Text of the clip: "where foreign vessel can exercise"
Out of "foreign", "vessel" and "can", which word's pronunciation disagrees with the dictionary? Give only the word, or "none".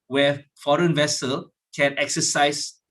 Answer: none